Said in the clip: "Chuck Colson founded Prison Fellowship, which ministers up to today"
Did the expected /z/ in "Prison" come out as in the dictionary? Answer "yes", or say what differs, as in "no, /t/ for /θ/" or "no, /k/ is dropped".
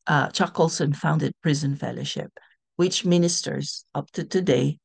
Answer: yes